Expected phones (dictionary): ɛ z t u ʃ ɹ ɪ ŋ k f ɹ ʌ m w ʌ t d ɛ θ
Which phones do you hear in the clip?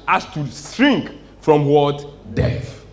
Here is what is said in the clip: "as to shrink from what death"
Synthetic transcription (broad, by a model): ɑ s t u s ɹ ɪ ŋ k f ɹ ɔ m w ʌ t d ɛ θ